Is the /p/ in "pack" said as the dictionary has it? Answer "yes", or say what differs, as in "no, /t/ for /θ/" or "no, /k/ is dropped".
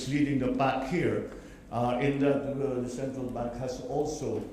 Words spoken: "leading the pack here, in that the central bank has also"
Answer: no, /b/ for /p/